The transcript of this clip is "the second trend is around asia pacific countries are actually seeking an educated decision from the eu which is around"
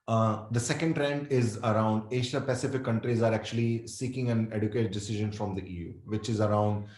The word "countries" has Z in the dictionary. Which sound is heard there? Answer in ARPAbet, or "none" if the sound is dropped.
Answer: Z